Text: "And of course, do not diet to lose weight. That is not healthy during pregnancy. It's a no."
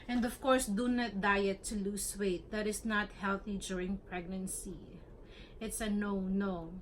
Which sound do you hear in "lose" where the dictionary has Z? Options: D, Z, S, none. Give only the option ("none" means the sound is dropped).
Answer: S